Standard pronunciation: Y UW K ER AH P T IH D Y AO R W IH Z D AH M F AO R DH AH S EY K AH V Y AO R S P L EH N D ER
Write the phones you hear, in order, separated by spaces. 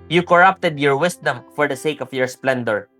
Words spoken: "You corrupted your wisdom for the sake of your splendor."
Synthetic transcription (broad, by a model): Y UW K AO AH P T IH D Y AO R W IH S D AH M F AO R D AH S EY K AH F Y AO R S P L EH N D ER